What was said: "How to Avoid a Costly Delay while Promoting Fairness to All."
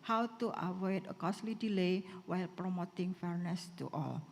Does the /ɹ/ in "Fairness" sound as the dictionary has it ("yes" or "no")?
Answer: yes